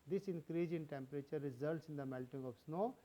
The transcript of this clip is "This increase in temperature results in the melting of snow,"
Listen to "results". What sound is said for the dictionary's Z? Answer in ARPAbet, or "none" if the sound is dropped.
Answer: Z